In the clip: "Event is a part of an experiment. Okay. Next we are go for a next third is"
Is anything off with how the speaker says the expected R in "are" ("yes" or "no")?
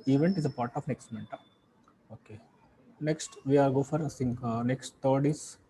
yes